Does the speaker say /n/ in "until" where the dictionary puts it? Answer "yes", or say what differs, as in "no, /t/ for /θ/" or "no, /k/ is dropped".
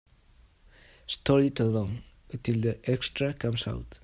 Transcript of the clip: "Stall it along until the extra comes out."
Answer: no, /n/ is dropped